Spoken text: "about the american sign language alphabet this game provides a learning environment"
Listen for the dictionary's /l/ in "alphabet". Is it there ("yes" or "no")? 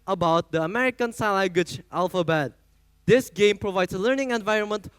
yes